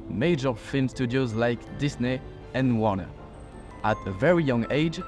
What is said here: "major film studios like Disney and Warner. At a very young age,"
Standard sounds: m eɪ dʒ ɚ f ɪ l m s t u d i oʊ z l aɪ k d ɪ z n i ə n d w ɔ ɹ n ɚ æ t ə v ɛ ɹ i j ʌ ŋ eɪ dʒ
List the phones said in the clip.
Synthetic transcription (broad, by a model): m eɪ dʒ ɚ f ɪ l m s t u d i oʊ z l aɪ k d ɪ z n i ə n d w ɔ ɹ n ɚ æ t ə v ɛ ɹ i j ʌ ŋ eɪ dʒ